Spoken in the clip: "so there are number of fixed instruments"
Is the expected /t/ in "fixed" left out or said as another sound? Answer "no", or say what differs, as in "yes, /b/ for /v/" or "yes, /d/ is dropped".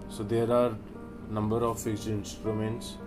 yes, /t/ is dropped